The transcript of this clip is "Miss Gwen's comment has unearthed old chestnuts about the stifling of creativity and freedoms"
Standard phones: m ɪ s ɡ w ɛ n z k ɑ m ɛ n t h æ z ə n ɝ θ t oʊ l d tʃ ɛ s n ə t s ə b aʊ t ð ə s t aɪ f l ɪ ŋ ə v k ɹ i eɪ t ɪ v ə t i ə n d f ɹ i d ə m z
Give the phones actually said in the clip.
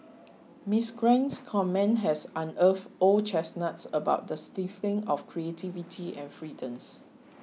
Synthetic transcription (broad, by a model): m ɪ s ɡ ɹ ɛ n s k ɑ m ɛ n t h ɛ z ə n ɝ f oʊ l tʃ ɛ s n ə t s ə b aʊ t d ə s t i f ɪ ŋ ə f k ɹ i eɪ t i v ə t i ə n f ɹ i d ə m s